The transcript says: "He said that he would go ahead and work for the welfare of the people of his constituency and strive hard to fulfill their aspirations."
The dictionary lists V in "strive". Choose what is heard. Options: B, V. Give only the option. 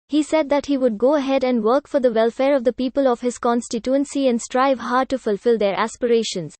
V